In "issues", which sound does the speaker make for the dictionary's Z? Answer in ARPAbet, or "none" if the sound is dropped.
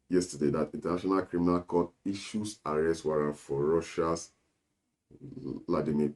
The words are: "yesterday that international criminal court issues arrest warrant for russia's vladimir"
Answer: S